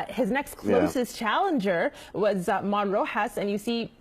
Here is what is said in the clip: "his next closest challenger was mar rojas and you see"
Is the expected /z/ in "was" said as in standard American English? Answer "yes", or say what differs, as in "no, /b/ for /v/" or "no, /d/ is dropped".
yes